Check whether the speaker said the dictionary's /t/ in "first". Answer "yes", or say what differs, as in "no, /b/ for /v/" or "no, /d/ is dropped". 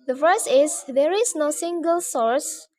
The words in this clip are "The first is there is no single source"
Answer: no, /t/ is dropped